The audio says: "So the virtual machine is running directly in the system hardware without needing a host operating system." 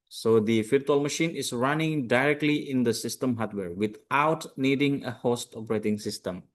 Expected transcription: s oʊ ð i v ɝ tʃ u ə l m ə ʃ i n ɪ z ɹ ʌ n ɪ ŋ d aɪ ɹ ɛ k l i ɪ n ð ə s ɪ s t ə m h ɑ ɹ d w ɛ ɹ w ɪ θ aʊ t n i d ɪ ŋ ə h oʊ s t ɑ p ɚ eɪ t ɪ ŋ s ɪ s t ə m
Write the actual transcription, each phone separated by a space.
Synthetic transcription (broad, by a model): s oʊ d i f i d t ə l m ə ʃ i n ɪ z ɹ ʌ n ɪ ŋ d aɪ ɹ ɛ k l i ɪ n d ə s ɪ s t ə m h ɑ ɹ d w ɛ ɹ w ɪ t aʊ t n i d ɪ ŋ ə h oʊ s t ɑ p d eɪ t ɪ ŋ s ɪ s t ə m